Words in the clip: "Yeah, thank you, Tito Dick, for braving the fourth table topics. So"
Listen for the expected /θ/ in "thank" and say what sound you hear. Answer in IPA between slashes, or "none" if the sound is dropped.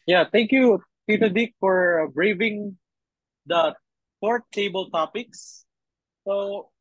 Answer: /t/